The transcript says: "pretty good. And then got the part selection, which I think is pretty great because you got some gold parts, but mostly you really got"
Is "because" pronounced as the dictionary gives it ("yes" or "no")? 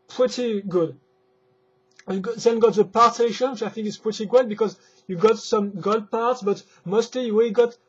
yes